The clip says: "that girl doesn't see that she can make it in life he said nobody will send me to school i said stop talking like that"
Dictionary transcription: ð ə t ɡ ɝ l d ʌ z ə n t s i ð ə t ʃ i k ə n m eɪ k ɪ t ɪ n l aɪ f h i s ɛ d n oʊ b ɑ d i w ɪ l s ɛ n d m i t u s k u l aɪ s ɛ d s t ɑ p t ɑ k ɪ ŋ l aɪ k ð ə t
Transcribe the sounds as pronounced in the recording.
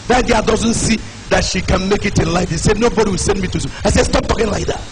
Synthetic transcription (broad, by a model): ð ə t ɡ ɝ d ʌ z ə n t s i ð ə t ʃ i k ə n m eɪ k ɪ t ɪ n l aɪ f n s ɛ d n oʊ b ɑ d i w ɪ l s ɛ n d m i t u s u aɪ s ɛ s t ɑ p t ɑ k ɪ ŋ l aɪ k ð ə t